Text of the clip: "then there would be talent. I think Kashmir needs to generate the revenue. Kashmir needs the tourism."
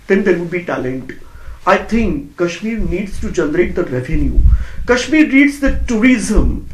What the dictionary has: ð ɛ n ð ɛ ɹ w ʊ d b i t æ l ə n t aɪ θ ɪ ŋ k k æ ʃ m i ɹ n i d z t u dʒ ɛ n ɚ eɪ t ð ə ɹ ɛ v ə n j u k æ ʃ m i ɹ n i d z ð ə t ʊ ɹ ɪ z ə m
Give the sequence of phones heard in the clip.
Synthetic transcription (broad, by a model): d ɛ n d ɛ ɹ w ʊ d b i t æ l ə n t aɪ t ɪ ŋ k k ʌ ʃ m i ɹ n i d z t u dʒ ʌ n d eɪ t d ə ɹ ɛ v ə n j u k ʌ ʃ m i ɹ i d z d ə t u ɹ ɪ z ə m